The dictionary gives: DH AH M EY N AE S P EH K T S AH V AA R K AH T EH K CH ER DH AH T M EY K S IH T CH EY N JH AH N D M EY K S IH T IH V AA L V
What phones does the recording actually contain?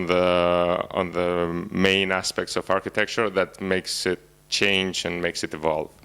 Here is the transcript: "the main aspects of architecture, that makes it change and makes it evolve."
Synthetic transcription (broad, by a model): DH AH M EY N AE S P EH K T S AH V AA R K AH T EH K CH ER DH AH T M EY K S IH T CH EY N JH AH N M EY K S IH T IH V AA L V